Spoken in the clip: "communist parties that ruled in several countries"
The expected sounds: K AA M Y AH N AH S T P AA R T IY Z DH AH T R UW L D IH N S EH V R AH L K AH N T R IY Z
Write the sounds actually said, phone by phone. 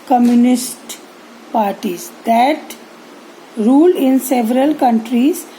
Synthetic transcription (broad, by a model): K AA M Y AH N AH S T P AA R T IY Z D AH T R UW L IH N S EH V R AH L K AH N T R IY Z